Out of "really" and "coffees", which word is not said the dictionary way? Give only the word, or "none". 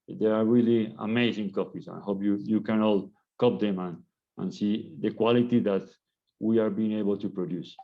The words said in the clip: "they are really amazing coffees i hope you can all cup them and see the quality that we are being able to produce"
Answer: coffees